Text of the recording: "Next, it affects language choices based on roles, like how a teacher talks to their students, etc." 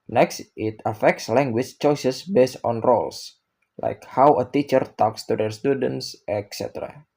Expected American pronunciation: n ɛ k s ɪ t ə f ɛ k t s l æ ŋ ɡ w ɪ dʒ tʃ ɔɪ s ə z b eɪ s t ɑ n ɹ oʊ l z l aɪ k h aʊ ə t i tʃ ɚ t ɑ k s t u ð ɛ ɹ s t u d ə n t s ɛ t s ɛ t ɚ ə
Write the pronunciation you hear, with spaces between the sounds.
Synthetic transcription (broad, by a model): n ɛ k s ɪ t ə f ɛ k t s l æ ŋ ɡ w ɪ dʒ tʃ ɔɪ s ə s b eɪ s t ɑ n ɹ oʊ l s l aɪ k h aʊ ə t i tʃ ɚ t ɑ k s t u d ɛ ɹ s t u d ə n t s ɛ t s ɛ t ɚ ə